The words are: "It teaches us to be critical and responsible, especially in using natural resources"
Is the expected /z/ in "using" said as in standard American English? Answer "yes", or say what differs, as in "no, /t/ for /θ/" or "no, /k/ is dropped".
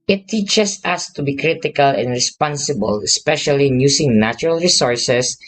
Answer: no, /s/ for /z/